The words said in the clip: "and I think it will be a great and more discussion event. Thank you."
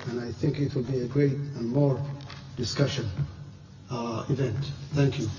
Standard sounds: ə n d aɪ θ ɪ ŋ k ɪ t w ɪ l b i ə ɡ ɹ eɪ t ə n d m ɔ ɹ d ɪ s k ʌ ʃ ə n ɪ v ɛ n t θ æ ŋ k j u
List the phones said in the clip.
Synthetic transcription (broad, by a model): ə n aɪ θ ɪ ŋ k ɪ t w ɪ l b i ə ɡ ɹ eɪ t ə n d m ɔ ɹ d ɪ s k ʌ ʃ ə n ɪ v ɛ n t θ æ ŋ k j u